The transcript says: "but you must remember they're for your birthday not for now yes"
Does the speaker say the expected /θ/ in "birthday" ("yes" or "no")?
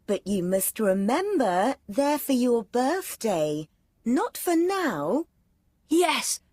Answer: yes